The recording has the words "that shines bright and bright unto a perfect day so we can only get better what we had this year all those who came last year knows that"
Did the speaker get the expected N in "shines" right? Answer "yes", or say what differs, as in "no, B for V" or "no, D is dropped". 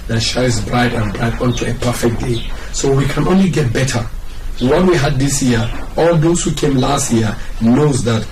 no, N is dropped